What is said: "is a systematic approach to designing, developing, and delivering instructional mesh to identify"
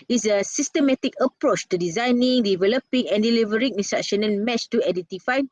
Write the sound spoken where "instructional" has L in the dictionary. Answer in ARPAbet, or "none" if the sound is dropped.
N